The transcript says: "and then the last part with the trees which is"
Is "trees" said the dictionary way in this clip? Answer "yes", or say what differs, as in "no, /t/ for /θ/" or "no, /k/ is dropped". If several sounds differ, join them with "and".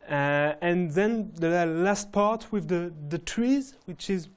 yes